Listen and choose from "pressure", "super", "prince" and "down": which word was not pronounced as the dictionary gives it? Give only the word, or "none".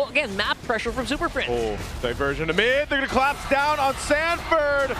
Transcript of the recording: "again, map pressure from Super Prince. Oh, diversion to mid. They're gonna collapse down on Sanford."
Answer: prince